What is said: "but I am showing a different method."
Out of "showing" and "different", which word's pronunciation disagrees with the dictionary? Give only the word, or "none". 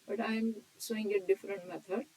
showing